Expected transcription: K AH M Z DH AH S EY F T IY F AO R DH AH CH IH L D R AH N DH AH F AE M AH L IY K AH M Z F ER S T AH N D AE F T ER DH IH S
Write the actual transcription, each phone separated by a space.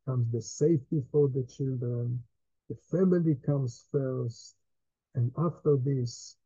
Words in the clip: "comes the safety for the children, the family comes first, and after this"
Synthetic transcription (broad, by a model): K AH M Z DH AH S EY F T IY F AO R DH AH CH IH L D R AH N DH AH F AE M AH L IY K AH M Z F ER S T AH N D AE F T ER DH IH S